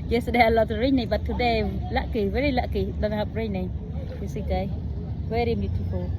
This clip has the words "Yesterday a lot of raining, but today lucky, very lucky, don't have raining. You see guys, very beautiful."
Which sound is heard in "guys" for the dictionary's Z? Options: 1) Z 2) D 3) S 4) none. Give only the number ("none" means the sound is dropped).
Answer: 4